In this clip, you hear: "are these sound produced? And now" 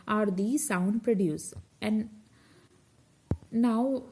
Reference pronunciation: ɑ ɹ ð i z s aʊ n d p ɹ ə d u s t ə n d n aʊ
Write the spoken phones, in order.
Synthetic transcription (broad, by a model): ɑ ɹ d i s aʊ n d p ɹ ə d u s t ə n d n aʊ